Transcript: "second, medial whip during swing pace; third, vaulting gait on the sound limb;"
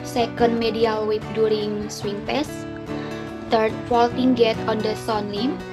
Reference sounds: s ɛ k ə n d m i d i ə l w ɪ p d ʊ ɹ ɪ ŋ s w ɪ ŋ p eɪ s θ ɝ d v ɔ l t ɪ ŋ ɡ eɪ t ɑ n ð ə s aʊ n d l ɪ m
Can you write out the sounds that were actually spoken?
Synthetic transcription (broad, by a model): s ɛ k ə n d m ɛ d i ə l w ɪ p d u ɹ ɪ ŋ s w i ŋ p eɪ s t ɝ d f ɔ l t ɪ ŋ ɡ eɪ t ɑ n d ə s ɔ n l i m